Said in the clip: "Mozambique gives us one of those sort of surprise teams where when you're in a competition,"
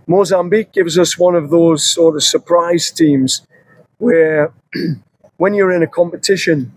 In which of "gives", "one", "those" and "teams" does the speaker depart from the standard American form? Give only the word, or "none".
none